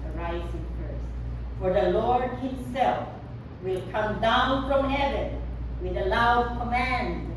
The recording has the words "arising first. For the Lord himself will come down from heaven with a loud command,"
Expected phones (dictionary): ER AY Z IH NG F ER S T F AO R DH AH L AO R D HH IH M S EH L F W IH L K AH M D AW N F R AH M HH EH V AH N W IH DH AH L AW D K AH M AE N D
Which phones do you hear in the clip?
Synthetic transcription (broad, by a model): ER AY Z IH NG P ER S F AO R DH AH L AO R D HH IH M S EH L F W IH L K AH M D AW N F R AH M HH EH V AH N W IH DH AH L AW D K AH M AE N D